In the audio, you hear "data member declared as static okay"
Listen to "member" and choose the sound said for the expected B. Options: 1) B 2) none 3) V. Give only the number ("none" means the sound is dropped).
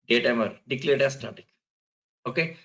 2